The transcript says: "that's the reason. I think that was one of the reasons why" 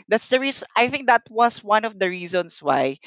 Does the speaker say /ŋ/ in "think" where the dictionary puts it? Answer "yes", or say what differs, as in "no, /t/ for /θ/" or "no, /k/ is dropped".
yes